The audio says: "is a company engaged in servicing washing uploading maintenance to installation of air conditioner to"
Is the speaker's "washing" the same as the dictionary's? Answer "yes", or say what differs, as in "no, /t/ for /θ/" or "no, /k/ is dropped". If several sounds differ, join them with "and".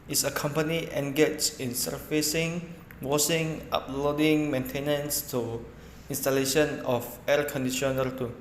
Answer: no, /s/ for /ʃ/